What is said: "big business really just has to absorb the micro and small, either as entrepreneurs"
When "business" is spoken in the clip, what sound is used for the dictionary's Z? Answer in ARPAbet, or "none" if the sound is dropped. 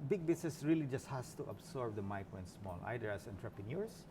S